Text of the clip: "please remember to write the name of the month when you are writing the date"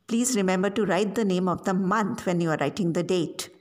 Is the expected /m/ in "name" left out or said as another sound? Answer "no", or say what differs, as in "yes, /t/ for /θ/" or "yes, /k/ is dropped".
no